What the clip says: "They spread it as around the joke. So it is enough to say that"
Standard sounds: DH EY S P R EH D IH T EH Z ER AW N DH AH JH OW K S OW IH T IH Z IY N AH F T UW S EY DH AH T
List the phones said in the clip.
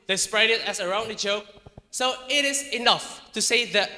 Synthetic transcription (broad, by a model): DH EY S P R EH D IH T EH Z ER AW N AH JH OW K S OW IH T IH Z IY N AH F T UW S EY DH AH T